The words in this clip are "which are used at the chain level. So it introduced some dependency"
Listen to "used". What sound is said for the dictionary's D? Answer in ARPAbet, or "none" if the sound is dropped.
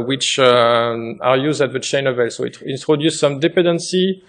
D